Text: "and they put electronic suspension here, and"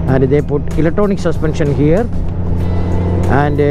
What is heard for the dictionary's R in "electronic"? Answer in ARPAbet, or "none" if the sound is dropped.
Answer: none